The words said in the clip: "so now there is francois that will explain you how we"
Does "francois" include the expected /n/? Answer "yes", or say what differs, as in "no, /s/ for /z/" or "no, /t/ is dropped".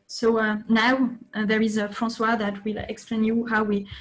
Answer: no, /n/ is dropped